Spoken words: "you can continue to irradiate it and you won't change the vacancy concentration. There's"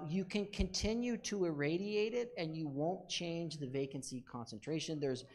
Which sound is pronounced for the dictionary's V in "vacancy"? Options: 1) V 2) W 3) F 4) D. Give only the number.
1